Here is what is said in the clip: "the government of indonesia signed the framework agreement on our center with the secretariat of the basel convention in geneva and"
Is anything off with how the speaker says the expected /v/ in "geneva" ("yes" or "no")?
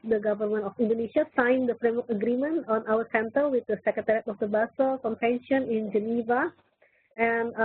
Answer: no